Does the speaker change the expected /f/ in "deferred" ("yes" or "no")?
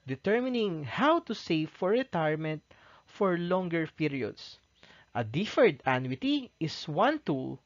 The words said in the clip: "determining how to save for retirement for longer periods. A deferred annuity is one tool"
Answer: no